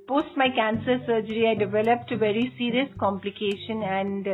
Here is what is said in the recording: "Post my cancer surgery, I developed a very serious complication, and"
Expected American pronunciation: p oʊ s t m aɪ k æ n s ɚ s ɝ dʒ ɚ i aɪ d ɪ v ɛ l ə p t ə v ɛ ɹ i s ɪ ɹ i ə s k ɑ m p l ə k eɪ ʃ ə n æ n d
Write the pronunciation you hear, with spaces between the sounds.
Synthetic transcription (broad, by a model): p oʊ s t m aɪ k æ n s ɚ s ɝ dʒ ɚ i aɪ d ɪ v ɛ l ə p t ə v ɛ ɹ i s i ɹ i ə s k ɑ m p l ə k eɪ ʃ ə n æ n d